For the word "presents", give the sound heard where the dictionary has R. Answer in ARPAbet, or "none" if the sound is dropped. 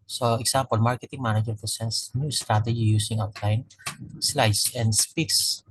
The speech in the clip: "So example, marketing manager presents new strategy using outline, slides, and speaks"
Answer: none